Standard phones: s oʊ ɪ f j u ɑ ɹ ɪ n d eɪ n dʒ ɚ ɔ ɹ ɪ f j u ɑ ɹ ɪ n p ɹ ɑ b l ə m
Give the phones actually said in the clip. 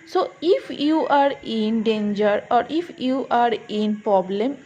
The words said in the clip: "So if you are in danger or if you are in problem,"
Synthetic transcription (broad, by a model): s oʊ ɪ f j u ɑ ɹ ɪ n d eɪ n dʒ ɚ ɔ ɹ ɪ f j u ɑ ɹ ɪ n p ɹ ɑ b l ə m